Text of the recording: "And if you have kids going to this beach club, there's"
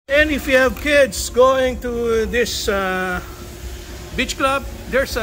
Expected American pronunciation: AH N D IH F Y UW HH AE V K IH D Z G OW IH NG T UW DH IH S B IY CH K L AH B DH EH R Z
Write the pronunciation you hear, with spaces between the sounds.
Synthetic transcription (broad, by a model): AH N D IH F Y UW HH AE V K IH D S G OW IH NG T UW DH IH S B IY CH K L AH B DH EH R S